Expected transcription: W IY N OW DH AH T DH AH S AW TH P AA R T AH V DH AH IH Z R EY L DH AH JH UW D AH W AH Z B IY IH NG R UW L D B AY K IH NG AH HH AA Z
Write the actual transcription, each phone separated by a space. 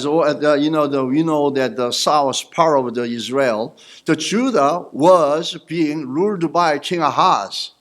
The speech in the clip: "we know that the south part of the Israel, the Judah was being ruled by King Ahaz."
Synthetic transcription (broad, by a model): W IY N OW DH AH T DH AH S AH S P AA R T AH V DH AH IH Z R EY L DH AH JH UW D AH W AH Z B IY IH NG R UW L D B AY K IH NG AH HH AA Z